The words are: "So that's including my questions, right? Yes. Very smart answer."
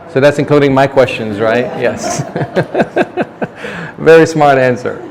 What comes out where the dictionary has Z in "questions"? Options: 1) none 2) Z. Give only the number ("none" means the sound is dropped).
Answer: 2